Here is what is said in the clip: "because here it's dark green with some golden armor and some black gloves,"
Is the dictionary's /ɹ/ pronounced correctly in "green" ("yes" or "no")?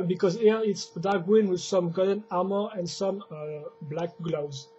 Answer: no